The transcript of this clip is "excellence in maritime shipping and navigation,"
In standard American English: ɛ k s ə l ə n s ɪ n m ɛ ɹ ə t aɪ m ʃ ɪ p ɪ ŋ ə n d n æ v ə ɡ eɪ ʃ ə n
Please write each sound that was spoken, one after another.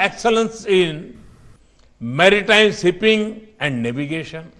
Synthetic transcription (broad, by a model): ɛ k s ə l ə n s ɪ n m ɛ ɹ ə t aɪ m s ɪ p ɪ ŋ ə n d n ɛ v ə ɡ eɪ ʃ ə n